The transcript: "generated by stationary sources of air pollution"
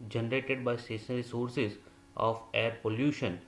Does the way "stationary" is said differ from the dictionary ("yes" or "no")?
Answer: yes